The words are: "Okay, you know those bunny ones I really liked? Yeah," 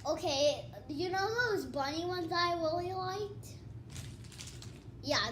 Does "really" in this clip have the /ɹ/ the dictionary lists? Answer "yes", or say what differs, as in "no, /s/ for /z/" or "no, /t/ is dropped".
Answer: no, /w/ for /ɹ/